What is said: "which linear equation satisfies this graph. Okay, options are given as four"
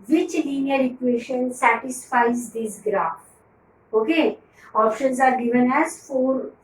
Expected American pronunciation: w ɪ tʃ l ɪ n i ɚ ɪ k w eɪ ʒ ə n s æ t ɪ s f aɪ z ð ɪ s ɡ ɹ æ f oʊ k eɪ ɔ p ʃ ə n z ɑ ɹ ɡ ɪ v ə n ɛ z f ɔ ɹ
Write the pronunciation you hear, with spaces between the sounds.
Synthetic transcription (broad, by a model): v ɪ tʃ l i n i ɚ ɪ k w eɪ ʃ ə n s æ t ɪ s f aɪ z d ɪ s ɡ ɹ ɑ f oʊ k eɪ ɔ p ʃ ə n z ɑ ɹ ɡ ɪ v ə n ɛ z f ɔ ɹ